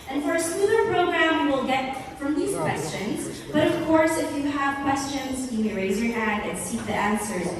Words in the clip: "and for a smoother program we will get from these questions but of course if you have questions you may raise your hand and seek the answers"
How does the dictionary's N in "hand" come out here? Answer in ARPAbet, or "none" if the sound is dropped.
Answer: none